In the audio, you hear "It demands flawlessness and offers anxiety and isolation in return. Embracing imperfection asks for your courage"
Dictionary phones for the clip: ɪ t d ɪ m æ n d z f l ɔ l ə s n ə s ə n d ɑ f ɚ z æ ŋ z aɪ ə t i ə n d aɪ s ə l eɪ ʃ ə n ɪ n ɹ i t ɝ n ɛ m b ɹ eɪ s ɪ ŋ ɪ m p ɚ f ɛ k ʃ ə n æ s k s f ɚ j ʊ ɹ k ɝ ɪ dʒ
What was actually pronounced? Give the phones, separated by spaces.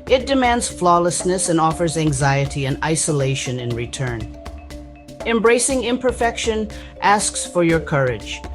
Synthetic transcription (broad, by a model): ɪ t d ɪ m æ n d z f l ɔ l ə s n ə s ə n ɑ f ɚ z æ ŋ z aɪ ə t i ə n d aɪ s ə l eɪ ʃ ə n ɪ n ɹ i t ɝ n ɛ m b ɹ eɪ s ɪ ŋ ɪ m p ɚ f ɛ k ʃ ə n æ s k s f ɚ j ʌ ɹ k ɝ ɪ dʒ